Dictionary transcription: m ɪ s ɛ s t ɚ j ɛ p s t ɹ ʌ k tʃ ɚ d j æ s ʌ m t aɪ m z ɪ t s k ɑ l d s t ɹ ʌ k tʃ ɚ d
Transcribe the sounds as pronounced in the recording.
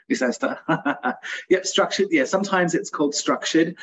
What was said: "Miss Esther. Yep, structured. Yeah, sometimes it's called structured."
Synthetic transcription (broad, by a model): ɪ s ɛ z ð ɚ j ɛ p s t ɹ ʌ k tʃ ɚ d j æ s ʌ m t aɪ m z ɪ t s k ɑ l d s t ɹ ʌ k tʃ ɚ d